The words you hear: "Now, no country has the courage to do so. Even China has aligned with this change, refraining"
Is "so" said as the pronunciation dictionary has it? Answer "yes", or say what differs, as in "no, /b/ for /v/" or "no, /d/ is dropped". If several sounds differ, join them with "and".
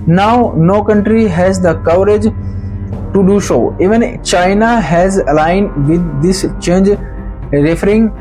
no, /ʃ/ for /s/